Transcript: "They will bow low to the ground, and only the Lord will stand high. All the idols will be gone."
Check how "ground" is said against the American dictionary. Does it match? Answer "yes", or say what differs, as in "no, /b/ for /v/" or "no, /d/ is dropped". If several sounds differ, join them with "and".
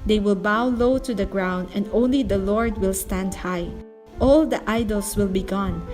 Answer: yes